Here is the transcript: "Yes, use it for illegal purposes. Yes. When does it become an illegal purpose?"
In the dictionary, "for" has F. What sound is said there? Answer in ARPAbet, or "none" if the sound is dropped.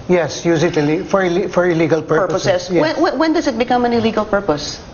F